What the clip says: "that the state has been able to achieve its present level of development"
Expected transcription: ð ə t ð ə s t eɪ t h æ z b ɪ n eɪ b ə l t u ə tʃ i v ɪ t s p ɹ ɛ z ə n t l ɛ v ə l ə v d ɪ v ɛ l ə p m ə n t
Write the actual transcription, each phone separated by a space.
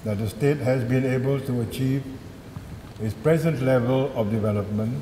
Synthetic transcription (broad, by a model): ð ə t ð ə s t eɪ t h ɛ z b ɪ n eɪ b ə l t u ə tʃ i v ɪ t s p ɹ ɛ z ə n t l ɛ v ə l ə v d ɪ v ɛ l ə p m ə n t